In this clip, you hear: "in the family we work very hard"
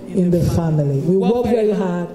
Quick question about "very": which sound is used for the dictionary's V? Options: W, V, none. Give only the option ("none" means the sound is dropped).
W